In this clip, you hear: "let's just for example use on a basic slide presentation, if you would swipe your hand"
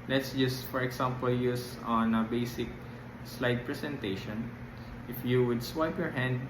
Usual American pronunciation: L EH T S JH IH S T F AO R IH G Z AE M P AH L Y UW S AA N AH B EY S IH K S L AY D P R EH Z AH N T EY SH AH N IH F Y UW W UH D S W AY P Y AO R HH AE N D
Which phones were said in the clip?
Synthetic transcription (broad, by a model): L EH T S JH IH S F AO R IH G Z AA M P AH L Y UW S AA N AH B EY S IH K S L AY D P R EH S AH N T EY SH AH N IH F Y UW W UH D S W AY P Y AO R HH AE N D